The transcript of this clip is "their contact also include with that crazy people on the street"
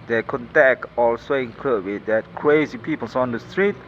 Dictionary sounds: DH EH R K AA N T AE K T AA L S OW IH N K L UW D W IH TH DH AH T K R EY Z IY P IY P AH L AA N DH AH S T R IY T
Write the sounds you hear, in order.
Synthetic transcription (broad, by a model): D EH K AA N T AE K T AA L S OW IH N K AH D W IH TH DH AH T K R EY Z IY P IY P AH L AA N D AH S T R IY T